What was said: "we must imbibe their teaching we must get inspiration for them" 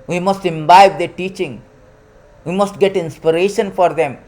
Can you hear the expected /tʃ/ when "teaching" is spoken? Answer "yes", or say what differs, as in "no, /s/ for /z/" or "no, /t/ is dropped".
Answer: yes